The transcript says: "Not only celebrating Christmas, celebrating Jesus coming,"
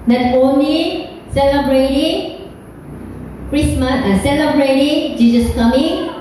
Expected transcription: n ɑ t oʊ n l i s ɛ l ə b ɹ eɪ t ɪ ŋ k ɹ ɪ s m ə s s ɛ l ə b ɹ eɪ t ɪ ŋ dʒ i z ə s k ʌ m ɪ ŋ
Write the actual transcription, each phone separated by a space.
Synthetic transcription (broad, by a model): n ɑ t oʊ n i s ɛ l ə b ɹ eɪ t ɪ ŋ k ɹ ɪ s m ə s s ɛ l ə b ɹ eɪ t ɪ ŋ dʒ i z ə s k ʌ m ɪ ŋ